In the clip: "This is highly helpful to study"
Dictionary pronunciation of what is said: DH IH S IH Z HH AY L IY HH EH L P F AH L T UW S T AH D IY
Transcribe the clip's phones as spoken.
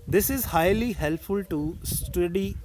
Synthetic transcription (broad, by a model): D IH S IH Z HH AY L IY HH EH L P F AH L T UW S T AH D IY